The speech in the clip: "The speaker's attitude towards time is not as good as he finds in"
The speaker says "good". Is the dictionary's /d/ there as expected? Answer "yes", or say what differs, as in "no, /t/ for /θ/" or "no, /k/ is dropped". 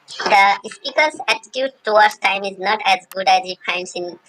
yes